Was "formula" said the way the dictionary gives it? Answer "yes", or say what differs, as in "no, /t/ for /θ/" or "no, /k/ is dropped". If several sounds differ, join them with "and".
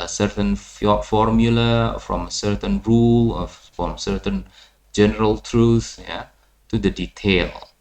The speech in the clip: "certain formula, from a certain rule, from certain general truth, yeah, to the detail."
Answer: yes